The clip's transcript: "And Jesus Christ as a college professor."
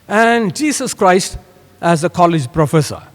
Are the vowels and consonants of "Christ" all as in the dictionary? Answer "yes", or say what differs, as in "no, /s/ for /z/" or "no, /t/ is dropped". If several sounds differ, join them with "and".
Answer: yes